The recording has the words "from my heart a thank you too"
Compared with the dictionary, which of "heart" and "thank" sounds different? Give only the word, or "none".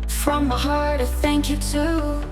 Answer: none